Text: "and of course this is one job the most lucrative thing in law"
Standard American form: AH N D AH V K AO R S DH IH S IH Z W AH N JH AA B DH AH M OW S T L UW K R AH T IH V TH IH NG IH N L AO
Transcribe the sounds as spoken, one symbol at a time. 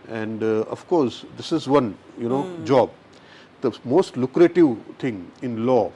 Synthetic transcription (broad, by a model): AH N D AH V K AO R S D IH S IH Z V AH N JH AA B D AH M OW S T L UW K R AH T IH V T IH NG IH N L AO